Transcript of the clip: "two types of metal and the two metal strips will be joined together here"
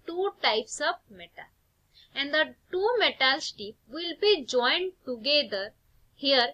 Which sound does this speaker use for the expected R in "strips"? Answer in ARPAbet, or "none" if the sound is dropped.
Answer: none